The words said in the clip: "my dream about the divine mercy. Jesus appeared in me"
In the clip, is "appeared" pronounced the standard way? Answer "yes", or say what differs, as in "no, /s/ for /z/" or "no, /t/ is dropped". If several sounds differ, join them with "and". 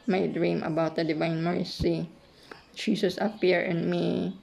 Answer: no, /d/ is dropped